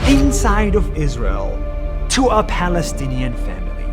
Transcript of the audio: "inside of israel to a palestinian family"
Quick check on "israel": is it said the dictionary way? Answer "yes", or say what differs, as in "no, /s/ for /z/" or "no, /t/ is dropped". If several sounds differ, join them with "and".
yes